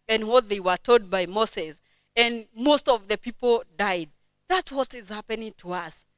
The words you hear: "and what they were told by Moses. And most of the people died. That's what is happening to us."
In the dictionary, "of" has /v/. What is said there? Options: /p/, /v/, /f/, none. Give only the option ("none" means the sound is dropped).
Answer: /v/